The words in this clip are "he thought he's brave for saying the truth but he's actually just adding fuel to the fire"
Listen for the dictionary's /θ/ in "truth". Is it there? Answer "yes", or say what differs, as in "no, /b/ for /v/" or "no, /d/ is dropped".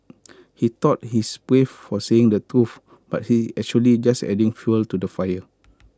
no, /f/ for /θ/